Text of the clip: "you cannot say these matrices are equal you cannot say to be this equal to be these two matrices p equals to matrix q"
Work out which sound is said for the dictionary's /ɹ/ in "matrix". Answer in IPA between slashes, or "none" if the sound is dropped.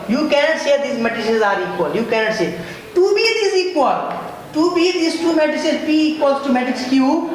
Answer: none